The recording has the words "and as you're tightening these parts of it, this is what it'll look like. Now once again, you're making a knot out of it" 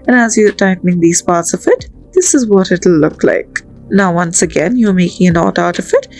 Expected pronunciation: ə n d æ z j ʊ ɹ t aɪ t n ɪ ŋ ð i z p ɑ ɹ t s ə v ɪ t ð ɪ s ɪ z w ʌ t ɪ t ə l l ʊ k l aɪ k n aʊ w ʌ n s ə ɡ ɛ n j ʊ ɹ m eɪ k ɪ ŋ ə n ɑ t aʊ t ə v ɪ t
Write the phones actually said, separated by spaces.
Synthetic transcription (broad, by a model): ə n æ z j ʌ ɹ t aɪ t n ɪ ŋ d i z p ɑ ɹ t s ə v ɪ t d ɪ s ɪ z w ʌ t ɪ t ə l l ʊ k l aɪ k n aʊ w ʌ n s ə ɡ ɛ n j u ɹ m eɪ k ɪ ŋ ə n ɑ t aʊ t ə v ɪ t